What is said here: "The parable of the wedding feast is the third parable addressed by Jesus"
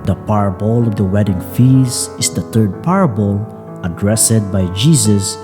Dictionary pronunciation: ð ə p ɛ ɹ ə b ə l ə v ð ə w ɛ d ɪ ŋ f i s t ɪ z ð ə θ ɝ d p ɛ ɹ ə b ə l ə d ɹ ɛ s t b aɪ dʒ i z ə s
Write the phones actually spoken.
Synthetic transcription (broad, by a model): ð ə p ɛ ɹ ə b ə l ə v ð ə w ɛ d ɪ ŋ f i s ɪ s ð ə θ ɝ d p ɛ ɹ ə b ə l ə d ɹ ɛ s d b aɪ dʒ i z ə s